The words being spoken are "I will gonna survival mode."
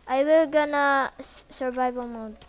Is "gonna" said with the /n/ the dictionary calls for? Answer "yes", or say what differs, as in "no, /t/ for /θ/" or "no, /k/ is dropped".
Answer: yes